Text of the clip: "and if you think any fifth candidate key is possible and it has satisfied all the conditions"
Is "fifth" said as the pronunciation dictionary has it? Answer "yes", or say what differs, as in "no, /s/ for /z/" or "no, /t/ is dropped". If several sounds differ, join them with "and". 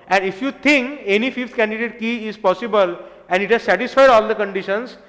no, /t/ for /θ/